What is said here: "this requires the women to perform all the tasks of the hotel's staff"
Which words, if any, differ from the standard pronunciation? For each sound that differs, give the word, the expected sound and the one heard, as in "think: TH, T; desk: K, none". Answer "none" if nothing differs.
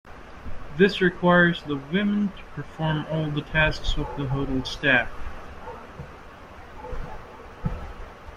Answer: none